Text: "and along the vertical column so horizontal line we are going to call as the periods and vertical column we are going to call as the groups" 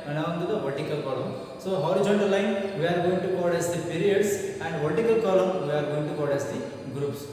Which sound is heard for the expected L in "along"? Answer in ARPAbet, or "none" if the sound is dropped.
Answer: W